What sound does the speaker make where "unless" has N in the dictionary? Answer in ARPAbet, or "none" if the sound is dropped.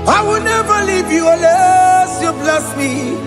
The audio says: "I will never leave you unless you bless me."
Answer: none